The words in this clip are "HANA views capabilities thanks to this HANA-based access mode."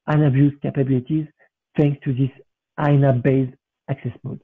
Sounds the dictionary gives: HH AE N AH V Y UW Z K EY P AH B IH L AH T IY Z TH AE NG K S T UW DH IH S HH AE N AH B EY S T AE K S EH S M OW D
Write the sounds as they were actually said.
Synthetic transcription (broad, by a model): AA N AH B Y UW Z K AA P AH B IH L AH T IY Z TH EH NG K S T UW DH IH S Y N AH B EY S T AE K S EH S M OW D